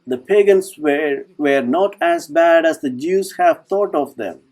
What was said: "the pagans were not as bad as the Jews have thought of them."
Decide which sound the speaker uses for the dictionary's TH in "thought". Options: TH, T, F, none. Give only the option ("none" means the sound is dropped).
T